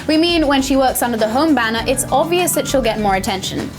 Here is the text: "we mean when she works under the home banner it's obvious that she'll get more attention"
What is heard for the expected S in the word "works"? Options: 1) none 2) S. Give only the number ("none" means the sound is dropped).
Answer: 2